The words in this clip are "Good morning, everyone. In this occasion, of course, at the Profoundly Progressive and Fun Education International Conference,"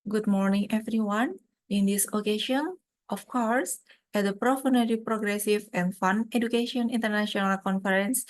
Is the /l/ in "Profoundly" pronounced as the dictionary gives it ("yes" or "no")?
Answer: no